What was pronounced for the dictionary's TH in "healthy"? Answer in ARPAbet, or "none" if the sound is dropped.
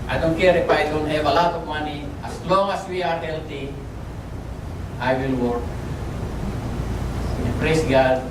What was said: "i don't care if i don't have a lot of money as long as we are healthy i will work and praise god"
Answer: T